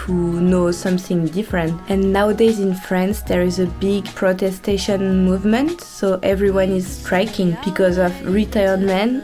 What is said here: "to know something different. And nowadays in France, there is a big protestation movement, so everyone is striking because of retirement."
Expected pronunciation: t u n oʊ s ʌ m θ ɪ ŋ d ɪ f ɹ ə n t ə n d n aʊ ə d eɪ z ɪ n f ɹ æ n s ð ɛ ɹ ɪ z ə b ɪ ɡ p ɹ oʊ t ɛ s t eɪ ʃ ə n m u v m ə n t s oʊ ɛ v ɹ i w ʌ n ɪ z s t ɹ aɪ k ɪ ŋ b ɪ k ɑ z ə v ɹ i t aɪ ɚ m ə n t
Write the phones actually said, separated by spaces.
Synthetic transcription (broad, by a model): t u n oʊ s ʌ m θ ɪ ŋ d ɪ f ɹ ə n t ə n n aʊ ə d eɪ z ɪ n f ɹ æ n s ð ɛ ɹ ɪ z ə b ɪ ɡ p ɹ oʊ t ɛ s t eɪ ʃ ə n m u v m ə n t s oʊ ɛ v ɹ i w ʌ n ɪ z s t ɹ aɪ k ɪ ŋ b ɪ k ɑ z ə v ɹ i t aɪ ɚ m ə n